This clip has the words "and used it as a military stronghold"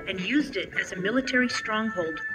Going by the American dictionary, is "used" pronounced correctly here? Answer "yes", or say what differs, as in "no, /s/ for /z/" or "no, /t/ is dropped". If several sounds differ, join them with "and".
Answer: yes